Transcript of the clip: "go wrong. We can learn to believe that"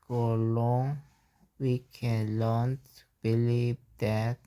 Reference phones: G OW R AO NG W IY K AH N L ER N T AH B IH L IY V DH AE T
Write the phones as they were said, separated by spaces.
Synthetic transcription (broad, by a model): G OW L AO NG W IY K AH N L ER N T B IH L IY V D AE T